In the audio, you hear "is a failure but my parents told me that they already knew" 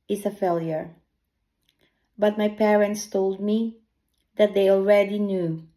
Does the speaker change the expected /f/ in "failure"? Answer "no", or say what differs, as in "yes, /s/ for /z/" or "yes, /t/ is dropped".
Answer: no